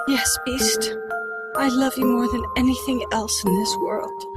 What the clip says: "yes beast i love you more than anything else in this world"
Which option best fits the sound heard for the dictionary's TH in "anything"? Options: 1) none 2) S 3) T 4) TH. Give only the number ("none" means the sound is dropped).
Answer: 4